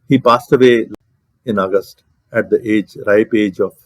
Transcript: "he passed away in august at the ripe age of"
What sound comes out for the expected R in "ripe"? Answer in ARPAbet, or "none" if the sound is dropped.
R